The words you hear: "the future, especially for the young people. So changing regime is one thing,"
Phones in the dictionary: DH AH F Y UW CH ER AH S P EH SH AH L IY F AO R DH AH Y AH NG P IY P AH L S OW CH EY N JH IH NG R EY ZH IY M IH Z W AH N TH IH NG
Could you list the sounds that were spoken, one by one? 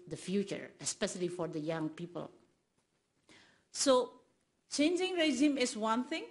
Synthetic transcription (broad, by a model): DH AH F Y UW CH ER AH S P EH SH AH L IY F AO R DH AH Y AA NG P IY P AH L S OW CH EY N JH IH NG R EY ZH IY M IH S W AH N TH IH NG